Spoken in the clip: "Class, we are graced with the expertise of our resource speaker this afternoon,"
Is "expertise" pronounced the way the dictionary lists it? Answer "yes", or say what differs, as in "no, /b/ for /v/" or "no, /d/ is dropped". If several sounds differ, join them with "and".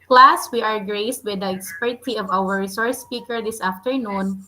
no, /z/ is dropped